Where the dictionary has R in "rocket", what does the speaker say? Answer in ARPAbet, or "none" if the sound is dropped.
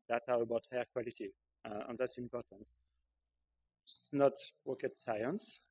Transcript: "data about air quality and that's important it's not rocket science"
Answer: W